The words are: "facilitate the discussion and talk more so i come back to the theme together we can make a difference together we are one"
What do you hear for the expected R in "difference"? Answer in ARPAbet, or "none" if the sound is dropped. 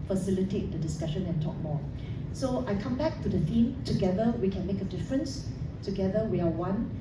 R